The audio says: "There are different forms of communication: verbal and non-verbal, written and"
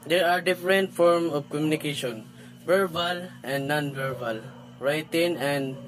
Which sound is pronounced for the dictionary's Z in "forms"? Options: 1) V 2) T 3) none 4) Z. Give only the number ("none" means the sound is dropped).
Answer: 3